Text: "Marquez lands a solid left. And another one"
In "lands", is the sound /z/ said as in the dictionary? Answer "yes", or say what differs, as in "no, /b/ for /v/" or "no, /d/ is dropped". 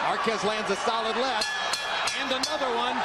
yes